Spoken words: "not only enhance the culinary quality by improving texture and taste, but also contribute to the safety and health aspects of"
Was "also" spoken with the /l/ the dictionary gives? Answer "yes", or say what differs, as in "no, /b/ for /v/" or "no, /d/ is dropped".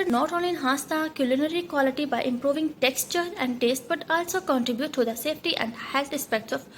yes